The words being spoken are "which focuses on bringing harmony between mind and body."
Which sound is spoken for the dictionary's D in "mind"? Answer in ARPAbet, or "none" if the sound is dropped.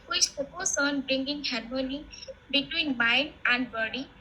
none